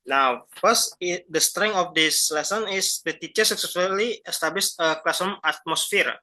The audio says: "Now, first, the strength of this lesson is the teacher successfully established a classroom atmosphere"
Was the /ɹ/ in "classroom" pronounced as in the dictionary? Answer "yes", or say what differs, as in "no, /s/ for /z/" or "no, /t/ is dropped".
no, /ɹ/ is dropped